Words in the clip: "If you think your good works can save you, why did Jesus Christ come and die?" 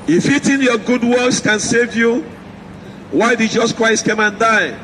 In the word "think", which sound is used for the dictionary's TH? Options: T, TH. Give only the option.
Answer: T